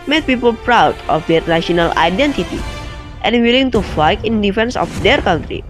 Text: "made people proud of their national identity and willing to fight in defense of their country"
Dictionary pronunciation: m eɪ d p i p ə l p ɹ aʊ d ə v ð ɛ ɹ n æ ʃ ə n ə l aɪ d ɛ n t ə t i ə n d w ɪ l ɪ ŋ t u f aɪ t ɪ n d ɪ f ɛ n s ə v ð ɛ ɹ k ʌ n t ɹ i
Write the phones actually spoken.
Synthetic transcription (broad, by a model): m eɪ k p i p ə l p ɹ aʊ d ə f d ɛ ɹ n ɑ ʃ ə n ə l aɪ d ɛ n t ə t i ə n w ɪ l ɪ ŋ t u f aɪ t ɪ n d ɪ f ɛ n s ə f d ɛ ɹ k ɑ n t ɹ i